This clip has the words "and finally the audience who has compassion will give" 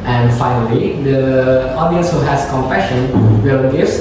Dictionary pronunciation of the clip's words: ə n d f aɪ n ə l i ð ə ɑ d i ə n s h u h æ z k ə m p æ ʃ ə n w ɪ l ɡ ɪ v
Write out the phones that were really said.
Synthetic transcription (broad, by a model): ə n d f aɪ n ə l i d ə ɑ d i ə n s h u h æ s k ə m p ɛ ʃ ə n w ɪ l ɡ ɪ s